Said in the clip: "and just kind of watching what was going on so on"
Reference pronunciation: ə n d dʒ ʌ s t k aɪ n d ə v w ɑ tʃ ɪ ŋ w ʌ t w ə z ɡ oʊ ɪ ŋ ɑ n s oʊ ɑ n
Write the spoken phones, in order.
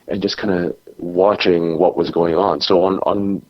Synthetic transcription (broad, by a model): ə n dʒ ʌ s k aɪ n d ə w ɑ tʃ ɪ ŋ w ʌ t w ə z ɡ oʊ ɪ ŋ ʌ n s oʊ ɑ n